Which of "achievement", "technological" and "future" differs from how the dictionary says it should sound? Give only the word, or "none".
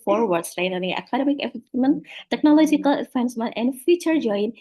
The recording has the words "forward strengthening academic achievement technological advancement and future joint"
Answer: achievement